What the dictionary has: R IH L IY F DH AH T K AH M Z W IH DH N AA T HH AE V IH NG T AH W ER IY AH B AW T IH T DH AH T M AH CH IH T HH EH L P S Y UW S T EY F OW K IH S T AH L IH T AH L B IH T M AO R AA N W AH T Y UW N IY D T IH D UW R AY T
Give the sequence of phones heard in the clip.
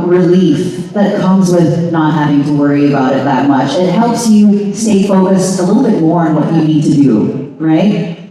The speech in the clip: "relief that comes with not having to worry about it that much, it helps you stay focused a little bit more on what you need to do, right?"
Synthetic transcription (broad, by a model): R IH L IY F DH AH T K AH M Z W IH DH N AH T HH AE V IH NG T AH W ER IY AH B AW T IH T DH AH T M AH CH IH T HH EH L P S Y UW S T EY F OW K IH S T AH L IH T L B IH T M AO R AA N W AH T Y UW N IY D T IH D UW R AY T